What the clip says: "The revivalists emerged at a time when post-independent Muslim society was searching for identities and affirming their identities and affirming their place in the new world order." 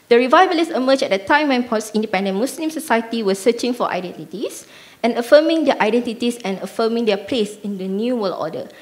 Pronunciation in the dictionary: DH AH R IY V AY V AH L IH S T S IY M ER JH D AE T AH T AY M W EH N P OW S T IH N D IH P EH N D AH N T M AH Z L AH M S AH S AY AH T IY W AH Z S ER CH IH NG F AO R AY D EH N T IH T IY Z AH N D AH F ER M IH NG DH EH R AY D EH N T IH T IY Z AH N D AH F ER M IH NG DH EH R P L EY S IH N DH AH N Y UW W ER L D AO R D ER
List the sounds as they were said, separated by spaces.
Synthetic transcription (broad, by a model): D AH R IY V AY B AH L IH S S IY M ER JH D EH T AH T AY M W EH N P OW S IH N D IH P EH N D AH N M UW S L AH M S AH S AY AH T IY W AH S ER CH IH NG F AO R AY D EH N T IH T IY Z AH N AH F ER M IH NG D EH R AY D EH N T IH T IY S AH N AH F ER M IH NG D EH P L EY S IH N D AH N Y UW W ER L AO D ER